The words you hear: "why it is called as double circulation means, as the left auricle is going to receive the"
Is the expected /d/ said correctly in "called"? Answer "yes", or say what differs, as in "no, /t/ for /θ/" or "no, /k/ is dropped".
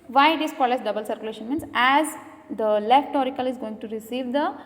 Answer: no, /d/ is dropped